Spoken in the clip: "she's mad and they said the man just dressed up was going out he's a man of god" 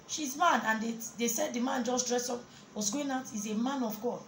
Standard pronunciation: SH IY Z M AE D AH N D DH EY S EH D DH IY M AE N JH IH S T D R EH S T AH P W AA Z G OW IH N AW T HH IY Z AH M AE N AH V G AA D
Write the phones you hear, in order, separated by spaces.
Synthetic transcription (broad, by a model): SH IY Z M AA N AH N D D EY S EH D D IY M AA N JH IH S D R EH S AO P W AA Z G OW IH N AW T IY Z AH M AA N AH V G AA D